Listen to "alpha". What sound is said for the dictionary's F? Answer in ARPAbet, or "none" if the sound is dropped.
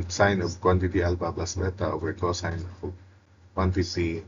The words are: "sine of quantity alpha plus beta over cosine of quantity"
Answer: P